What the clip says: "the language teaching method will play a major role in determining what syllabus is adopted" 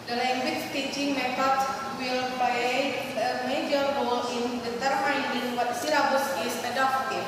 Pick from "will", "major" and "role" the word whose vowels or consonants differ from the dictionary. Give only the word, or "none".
role